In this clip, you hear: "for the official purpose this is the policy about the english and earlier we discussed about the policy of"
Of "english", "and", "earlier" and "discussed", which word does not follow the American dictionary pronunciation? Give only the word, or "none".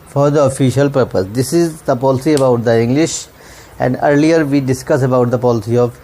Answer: discussed